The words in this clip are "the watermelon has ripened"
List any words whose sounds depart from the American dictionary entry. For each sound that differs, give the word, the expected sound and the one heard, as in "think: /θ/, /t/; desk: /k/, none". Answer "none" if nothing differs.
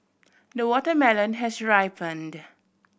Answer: none